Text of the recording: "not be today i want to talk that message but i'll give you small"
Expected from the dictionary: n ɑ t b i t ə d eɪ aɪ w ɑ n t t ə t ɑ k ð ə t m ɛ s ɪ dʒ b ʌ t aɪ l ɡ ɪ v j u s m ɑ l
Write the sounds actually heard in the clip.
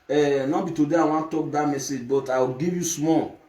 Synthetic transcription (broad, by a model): n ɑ b i t ə d eɪ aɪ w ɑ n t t t ɑ k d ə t m ɛ s ɪ dʒ b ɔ t aɪ w ɡ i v j u s m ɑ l